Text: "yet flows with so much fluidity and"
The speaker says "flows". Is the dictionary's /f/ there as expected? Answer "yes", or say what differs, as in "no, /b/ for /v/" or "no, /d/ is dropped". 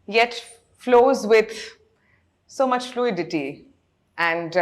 yes